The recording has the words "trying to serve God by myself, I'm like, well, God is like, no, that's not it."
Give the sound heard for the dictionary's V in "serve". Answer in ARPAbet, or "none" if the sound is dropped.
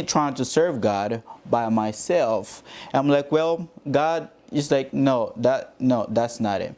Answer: V